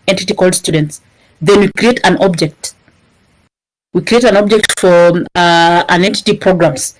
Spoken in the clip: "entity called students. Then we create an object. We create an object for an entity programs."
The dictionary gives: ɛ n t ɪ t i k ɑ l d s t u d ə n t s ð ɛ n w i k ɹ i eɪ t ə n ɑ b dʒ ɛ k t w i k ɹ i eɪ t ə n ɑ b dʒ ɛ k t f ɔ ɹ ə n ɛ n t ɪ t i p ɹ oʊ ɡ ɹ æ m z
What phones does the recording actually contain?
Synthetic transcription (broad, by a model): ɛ n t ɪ t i k ɑ l d s t u d ə n t s ð ɛ n w i k ɹ i eɪ t ə n ɑ b dʒ ɛ k t w i k ɹ i eɪ t ə n ɑ b dʒ ɛ k t f ɔ ɹ ə n ɛ n t ɪ t i p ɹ oʊ ɡ ɹ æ m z